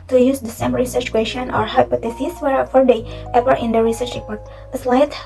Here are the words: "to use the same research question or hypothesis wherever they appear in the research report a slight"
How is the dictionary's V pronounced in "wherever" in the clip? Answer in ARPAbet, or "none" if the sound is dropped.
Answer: F